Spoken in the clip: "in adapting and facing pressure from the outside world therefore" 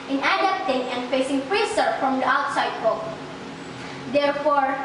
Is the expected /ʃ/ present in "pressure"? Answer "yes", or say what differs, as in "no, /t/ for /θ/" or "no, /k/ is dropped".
no, /s/ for /ʃ/